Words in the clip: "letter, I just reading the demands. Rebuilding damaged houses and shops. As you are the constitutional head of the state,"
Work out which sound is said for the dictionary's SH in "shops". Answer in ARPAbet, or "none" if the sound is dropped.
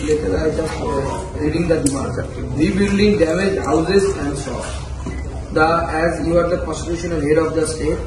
S